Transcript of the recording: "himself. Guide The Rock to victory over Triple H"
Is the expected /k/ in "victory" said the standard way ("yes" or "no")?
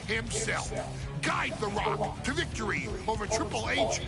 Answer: yes